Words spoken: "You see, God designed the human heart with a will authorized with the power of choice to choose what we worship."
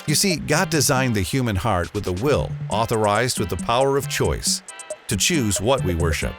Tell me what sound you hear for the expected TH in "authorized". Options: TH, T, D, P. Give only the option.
TH